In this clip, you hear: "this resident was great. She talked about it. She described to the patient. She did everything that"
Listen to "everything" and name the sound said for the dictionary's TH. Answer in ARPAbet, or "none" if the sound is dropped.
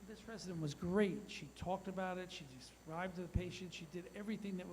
TH